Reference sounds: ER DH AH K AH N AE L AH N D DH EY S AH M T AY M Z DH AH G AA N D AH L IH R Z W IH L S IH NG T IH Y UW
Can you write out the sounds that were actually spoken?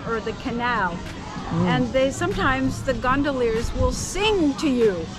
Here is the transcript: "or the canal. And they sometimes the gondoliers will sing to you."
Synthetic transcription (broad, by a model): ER DH AH K AH N AE L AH N DH EY S AH M T AY M Z DH AH G AA N D AH L IH R Z W IH L S IH NG T IH Y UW